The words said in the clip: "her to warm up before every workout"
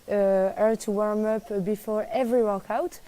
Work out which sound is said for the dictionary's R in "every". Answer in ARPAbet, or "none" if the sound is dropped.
R